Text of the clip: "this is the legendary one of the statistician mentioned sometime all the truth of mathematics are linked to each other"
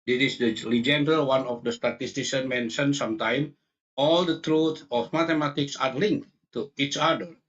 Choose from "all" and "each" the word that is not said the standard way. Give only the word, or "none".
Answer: none